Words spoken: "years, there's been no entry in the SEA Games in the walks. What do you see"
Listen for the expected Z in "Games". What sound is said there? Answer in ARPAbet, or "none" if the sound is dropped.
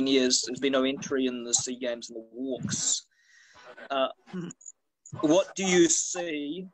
Z